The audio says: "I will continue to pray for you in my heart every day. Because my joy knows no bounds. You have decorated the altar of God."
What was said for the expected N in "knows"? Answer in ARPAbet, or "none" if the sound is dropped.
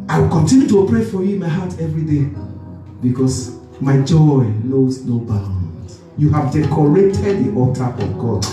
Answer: L